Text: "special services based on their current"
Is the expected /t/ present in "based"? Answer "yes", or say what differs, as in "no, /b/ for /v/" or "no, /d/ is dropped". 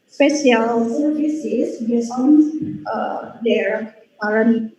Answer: no, /t/ is dropped